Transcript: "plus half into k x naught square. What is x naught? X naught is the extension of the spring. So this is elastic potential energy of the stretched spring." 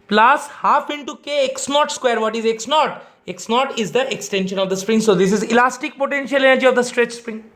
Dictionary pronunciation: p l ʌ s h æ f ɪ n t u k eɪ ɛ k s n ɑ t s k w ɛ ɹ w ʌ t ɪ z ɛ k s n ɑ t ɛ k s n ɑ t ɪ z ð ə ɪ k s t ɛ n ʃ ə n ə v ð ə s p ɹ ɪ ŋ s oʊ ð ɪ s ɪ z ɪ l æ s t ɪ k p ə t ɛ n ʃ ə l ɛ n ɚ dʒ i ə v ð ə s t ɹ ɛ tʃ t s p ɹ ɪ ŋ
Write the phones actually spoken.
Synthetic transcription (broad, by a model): p l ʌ s h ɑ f ɪ n t u k eɪ ɛ k s n ɑ t s k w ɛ ɹ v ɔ t ɪ z ɛ k s n ɑ t ɛ k s n ɑ t ɪ z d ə ɪ k s t ɛ n ʃ ə n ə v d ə s p ɹ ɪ ŋ s oʊ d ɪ s ɪ z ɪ l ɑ s t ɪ k p ə t ɛ n ʃ ə l ɛ n ɚ dʒ i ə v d ə s t ɹ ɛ tʃ s p ɹ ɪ ŋ